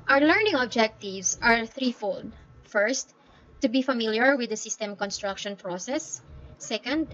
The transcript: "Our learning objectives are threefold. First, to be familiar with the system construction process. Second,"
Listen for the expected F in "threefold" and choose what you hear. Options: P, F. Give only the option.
F